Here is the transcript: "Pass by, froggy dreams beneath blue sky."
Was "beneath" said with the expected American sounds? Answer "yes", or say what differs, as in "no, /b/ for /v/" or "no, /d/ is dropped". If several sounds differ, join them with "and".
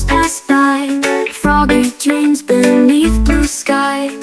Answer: yes